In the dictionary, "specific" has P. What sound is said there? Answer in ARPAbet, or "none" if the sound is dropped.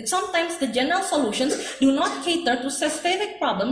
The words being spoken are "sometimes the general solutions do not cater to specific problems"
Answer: none